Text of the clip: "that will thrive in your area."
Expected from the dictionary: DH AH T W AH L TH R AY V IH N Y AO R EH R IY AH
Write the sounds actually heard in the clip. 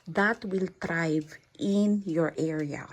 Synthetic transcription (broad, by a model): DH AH T W AH L T R AY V IH N Y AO R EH R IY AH